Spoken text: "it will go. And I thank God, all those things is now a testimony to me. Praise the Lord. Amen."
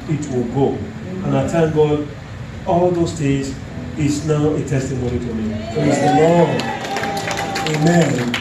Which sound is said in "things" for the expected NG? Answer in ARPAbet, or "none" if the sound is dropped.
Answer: none